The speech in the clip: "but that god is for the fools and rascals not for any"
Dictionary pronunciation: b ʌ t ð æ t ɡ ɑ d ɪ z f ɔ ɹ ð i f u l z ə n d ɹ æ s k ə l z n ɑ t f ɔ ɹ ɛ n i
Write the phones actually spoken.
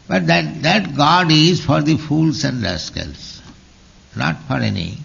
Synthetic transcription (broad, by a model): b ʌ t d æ t ɡ ɑ d ɪ z f ɔ ɹ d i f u l s ə n d l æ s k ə l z n ɑ t f ɔ ɹ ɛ n i